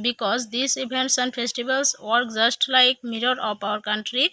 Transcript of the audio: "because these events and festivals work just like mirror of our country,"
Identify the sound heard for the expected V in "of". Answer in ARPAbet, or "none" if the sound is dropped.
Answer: P